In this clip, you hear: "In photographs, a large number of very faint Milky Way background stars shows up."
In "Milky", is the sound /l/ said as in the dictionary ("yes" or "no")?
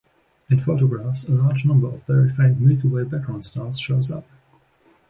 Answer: no